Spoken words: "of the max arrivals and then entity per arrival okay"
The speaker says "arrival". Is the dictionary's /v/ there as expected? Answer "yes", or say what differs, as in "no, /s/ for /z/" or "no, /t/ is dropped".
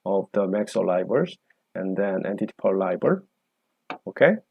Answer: no, /b/ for /v/